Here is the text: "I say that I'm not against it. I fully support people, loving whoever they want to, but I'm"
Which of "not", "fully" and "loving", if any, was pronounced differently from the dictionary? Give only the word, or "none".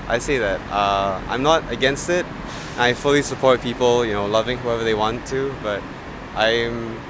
none